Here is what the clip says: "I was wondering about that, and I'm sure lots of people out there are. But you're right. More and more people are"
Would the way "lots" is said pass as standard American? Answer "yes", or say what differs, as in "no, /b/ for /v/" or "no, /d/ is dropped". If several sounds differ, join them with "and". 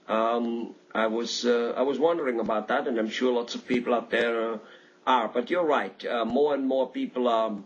yes